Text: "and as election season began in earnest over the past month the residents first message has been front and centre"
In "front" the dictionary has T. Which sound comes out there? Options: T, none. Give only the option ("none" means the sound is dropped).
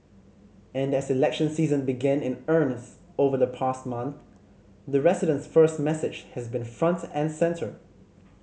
T